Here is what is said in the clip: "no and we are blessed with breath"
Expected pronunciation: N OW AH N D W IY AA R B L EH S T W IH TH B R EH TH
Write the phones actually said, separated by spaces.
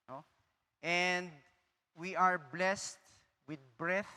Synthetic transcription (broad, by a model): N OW AH N D W IY AA R B L EH S T W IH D B R EH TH